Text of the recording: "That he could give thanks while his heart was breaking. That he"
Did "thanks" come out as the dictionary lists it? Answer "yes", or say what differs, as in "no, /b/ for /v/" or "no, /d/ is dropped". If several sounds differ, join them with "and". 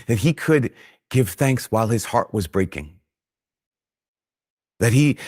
yes